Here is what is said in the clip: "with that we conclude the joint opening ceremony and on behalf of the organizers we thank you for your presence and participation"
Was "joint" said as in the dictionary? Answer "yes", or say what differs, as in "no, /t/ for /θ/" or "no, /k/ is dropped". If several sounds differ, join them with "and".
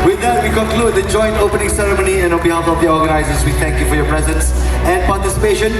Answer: yes